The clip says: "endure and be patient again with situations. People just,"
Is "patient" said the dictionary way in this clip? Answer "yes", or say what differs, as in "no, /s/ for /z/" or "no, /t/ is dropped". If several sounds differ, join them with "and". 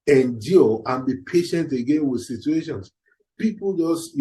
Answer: yes